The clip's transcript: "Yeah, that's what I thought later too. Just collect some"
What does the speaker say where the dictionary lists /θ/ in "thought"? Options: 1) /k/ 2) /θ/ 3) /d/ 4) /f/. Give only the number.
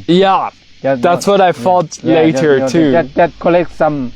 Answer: 4